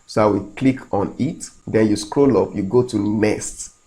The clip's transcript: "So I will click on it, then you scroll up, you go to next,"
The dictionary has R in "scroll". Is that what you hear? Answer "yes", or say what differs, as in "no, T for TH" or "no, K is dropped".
yes